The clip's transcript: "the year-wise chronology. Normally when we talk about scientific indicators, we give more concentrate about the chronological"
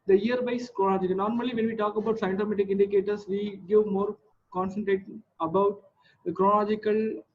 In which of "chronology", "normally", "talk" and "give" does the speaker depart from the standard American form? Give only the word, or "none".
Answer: chronology